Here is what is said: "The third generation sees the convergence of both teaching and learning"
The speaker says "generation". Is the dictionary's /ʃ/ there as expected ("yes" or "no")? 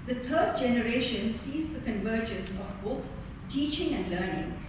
yes